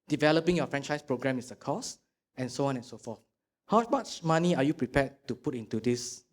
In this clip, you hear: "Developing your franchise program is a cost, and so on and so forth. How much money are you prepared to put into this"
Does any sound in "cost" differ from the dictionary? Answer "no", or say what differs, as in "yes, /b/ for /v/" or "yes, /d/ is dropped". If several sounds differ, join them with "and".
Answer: yes, /t/ is dropped